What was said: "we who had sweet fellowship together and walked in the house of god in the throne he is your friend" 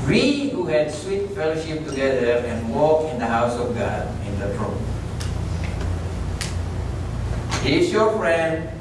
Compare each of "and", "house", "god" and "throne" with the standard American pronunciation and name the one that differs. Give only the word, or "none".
throne